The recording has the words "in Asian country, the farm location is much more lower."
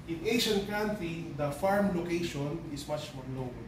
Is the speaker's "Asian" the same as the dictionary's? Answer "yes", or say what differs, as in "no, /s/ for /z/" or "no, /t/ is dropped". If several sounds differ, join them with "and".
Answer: no, /ʃ/ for /ʒ/